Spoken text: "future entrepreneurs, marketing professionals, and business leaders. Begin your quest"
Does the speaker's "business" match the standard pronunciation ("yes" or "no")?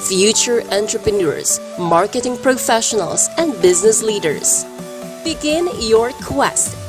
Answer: yes